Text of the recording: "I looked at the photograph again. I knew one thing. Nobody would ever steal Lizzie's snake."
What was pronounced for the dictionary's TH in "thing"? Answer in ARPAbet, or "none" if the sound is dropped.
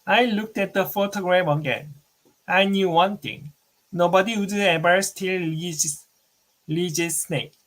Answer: T